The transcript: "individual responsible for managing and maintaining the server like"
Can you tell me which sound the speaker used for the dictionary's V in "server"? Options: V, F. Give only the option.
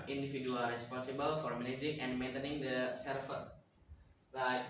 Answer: F